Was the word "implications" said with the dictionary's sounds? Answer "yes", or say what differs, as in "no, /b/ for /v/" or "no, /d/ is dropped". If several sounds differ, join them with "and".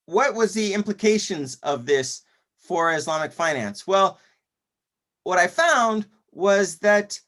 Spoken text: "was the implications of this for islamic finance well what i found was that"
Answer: yes